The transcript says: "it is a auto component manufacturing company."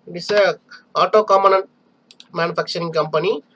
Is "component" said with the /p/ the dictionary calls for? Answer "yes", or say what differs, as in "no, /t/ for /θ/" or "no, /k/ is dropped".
no, /p/ is dropped